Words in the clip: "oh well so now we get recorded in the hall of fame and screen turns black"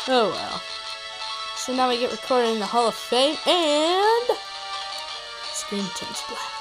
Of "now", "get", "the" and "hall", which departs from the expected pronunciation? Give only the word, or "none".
none